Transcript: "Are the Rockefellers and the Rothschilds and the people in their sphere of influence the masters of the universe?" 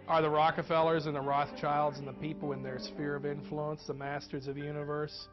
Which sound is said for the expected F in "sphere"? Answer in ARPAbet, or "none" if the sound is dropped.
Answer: F